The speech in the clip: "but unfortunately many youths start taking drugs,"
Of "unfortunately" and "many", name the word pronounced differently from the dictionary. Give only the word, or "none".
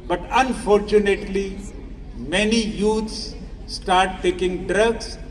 none